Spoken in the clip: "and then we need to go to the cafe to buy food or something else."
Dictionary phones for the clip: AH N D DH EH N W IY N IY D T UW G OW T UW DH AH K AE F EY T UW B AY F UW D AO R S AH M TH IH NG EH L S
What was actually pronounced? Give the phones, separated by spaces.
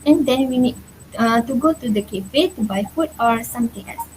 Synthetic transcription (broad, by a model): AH N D EH N W IY N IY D T UW G OW T UW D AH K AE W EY T UW B AY F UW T AO R S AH M T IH NG EH L S